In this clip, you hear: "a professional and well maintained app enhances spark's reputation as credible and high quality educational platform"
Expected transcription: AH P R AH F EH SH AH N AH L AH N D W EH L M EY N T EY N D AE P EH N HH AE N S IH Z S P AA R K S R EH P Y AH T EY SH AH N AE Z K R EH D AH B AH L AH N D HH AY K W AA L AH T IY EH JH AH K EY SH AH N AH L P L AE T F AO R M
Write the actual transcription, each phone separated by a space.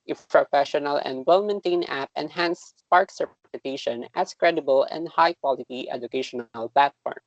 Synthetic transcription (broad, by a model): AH P R AH F EH SH AH N AH L AH N D W EH L M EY N T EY N AE P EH N HH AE N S S P AA R K S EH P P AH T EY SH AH N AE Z K R EH D AH B AH L AH N D HH AY K W AA L AH T IY EH JH AH K EY SH AH N AH L P L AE T F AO R M